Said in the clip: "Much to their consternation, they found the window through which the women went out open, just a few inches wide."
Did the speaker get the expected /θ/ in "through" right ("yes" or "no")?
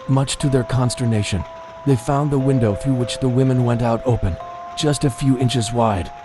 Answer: yes